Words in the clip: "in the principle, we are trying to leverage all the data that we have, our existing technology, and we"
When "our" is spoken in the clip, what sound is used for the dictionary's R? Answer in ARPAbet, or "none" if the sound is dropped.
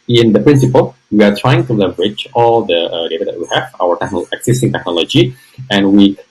W